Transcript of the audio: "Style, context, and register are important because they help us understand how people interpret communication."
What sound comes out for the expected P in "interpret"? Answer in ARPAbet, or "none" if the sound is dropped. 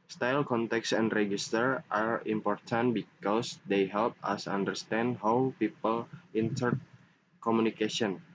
none